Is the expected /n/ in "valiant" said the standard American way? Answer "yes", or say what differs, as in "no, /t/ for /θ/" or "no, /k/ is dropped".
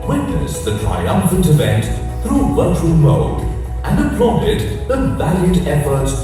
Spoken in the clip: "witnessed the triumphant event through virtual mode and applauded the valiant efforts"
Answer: no, /n/ is dropped